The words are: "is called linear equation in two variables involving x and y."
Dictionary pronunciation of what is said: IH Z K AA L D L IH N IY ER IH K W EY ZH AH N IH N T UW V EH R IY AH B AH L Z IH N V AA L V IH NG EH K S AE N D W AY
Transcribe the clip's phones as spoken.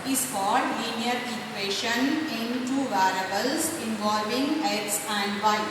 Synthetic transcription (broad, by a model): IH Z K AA D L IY N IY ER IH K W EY SH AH N IH N T UW V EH R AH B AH L S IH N V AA L V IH NG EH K S AE N D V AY